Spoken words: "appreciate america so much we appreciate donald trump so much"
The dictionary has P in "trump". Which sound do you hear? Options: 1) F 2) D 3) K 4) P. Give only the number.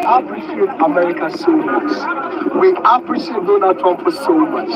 1